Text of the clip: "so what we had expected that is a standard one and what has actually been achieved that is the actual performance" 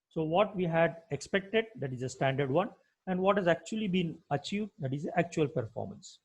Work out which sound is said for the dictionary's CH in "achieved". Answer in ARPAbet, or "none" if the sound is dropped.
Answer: CH